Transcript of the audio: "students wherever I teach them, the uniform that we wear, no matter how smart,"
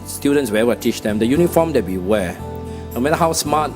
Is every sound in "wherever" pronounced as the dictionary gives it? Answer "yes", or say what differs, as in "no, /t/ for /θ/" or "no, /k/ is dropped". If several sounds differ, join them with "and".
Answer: no, /ɹ/ is dropped